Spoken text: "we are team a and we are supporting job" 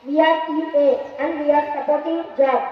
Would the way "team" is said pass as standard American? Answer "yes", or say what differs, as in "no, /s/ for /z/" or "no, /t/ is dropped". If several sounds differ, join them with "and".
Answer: no, /m/ is dropped